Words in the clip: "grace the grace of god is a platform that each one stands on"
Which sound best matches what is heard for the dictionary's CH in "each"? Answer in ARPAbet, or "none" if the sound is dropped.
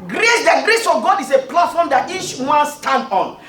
CH